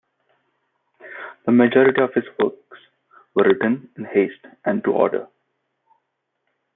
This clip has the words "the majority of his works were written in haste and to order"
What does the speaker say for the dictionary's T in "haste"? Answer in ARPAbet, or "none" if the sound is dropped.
T